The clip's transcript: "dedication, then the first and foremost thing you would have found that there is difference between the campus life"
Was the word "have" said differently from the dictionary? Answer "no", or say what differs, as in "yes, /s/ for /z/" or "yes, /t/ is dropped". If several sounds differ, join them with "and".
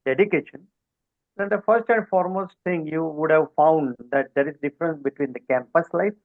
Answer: no